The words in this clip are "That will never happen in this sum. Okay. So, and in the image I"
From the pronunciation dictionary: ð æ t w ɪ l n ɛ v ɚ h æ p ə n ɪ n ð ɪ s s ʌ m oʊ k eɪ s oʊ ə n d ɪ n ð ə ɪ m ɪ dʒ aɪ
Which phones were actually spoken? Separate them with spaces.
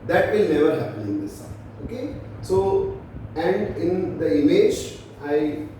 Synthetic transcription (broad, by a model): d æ t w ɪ l n ɛ v ɚ h æ p ə n ɪ n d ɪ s s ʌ oʊ k eɪ s oʊ ə n d ɪ n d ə ɪ m ɪ dʒ aɪ